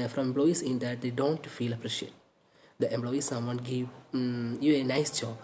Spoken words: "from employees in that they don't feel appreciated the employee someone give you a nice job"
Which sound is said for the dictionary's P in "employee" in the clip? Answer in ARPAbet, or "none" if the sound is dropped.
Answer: B